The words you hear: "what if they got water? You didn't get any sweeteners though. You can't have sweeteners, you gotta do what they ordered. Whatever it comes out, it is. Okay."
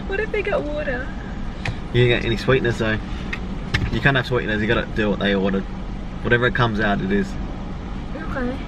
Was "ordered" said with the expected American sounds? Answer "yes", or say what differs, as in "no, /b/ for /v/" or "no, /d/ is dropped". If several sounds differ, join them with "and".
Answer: no, /w/ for /ɹ/